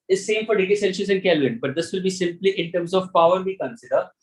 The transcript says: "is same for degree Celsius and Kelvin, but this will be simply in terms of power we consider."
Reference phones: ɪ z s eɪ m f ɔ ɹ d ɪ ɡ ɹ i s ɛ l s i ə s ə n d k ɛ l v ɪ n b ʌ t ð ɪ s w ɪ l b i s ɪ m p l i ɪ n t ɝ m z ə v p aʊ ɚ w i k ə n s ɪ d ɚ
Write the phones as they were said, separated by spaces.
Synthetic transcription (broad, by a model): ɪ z s eɪ m f ɔ ɹ d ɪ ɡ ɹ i s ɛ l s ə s ə n d k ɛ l ɪ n b ʌ t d ɪ s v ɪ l b i s ɪ m p l i ɪ n t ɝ m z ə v p aʊ ɚ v i k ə n s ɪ d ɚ